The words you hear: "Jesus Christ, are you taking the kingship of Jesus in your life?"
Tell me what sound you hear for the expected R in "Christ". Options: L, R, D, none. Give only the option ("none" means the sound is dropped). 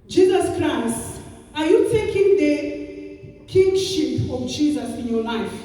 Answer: R